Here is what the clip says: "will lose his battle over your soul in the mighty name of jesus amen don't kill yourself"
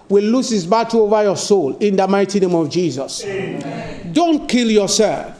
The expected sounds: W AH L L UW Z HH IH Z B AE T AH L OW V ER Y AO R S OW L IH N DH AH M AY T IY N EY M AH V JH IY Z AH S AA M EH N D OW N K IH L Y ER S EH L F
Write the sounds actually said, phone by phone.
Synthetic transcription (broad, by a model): W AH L L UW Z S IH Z B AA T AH OW V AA Y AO S OW L IH N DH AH M AY T IY N EY M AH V JH IY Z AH S D OW N K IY L Y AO S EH L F